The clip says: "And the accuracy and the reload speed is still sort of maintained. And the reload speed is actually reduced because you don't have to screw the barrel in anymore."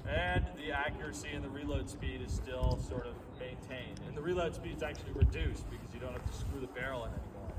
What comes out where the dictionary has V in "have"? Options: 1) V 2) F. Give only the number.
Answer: 2